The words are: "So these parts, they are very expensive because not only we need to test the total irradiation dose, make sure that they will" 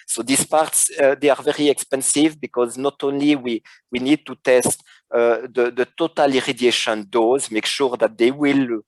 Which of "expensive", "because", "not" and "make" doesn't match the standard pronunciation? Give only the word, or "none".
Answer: none